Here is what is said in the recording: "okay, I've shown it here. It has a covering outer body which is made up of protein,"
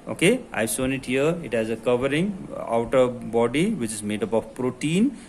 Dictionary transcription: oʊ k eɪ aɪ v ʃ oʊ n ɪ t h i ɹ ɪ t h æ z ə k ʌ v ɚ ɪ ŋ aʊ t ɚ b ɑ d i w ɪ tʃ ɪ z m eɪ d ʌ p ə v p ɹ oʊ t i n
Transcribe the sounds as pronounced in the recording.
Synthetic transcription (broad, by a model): oʊ k eɪ aɪ v s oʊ n ɪ t h i ɹ ɪ t h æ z ə k ʌ v ɚ ɪ ŋ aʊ t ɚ b ɑ d i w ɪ tʃ ɪ z m eɪ d ʌ p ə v p ɹ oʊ t i n